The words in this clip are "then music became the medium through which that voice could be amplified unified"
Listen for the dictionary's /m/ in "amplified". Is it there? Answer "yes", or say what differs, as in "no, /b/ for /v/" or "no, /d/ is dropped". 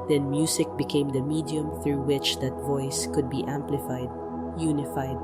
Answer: yes